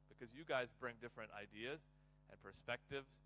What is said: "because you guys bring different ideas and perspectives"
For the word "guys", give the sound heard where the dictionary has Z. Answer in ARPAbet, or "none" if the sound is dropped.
Z